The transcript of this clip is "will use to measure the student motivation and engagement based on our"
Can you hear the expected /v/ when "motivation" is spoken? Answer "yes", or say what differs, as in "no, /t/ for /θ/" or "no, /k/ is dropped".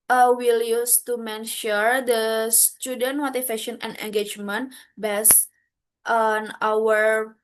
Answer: no, /f/ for /v/